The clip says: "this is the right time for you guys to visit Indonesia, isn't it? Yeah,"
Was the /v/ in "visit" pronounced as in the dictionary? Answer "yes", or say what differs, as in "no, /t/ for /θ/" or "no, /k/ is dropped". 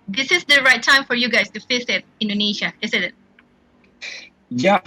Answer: no, /f/ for /v/